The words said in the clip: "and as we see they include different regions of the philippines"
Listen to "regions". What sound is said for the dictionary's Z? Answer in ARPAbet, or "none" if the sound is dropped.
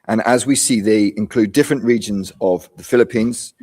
Z